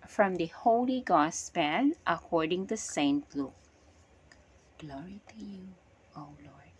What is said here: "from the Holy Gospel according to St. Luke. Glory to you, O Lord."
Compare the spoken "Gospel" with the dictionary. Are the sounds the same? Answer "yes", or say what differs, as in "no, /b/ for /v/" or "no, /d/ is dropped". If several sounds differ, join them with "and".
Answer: no, /n/ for /l/